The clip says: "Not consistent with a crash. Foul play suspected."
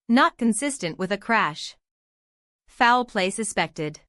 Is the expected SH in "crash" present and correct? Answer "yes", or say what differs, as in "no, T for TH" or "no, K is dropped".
yes